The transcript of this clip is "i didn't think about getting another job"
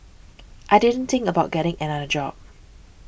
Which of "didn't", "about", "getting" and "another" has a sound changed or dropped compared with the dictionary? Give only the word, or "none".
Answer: another